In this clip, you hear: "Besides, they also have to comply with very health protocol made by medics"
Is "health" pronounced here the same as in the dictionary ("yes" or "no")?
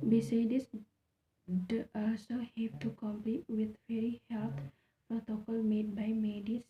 no